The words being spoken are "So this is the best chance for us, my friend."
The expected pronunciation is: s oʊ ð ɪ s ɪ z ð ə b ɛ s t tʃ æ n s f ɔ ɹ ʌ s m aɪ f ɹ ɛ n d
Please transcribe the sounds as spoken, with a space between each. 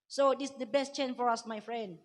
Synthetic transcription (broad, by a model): s oʊ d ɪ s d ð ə b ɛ s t tʃ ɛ n f ɔ ɹ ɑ s m aɪ f ɹ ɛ n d